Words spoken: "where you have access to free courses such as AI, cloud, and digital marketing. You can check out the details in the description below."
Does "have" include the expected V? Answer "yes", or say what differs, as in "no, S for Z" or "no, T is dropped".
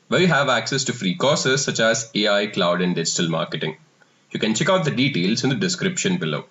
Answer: yes